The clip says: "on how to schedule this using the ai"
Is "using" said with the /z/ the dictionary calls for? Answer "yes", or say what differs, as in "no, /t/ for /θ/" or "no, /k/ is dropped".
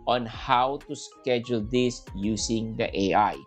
no, /s/ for /z/